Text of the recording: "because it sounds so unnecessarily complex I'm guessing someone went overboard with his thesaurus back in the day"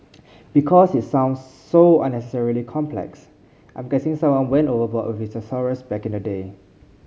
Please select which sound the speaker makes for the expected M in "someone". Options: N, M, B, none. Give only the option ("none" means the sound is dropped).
none